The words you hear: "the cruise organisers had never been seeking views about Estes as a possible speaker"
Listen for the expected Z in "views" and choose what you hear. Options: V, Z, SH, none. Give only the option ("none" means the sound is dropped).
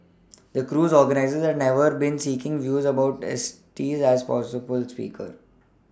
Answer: Z